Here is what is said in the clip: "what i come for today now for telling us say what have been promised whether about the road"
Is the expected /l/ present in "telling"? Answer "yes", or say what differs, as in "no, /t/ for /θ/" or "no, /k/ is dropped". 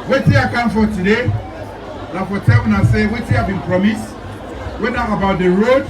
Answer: no, /w/ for /l/